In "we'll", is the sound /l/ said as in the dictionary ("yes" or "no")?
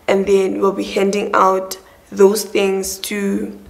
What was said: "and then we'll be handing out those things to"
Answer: yes